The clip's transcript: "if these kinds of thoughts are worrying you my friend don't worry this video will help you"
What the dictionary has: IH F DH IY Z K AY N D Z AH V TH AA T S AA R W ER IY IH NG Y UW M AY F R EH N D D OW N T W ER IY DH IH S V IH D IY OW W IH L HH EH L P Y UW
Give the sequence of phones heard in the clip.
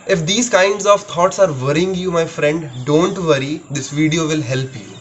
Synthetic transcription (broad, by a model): IH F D IY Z K AY N D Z AH V T AA T S AA R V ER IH NG Y UW M AY F R EH N D D OW N T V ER IY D IH S V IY D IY OW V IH L HH EH L P Y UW